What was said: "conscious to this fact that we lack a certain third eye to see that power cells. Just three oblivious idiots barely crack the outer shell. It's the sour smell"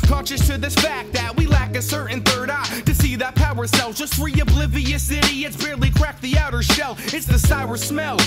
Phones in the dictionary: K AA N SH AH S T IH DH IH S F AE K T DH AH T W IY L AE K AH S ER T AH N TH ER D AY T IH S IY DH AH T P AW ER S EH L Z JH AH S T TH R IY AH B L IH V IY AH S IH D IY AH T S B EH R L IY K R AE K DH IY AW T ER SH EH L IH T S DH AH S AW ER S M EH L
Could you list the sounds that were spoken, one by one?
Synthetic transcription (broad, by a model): K AA N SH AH S T IH DH IH S F AE K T DH AH T W IY L AE K AH S ER T N TH ER D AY T IH S IY DH AH T P AW ER S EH L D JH AH S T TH R IY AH B L IH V IY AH S IH D IY AH T S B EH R L IY K R AE K DH IY AW T ER SH EH L IH T S DH AH S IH ER S M EH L